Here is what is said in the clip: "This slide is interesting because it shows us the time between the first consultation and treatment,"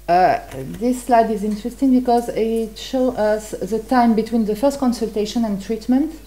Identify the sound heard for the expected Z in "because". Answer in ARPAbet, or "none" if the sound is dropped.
Z